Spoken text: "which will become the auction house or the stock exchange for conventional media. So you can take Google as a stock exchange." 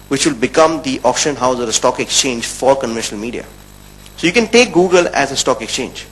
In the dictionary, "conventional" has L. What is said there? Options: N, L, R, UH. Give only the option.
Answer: L